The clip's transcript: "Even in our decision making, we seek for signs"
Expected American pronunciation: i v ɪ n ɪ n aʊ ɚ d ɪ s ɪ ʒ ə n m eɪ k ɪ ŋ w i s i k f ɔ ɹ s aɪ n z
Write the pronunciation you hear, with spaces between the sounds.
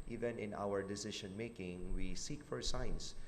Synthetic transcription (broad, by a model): i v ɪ n ɪ n aʊ ɚ d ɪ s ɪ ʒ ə n m eɪ k ɪ ŋ w i s i k f ɔ ɹ s aɪ n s